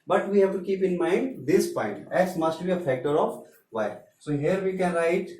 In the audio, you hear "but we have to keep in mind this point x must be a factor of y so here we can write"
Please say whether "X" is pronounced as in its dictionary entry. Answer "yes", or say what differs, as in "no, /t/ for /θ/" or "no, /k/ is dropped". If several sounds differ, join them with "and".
no, /k/ is dropped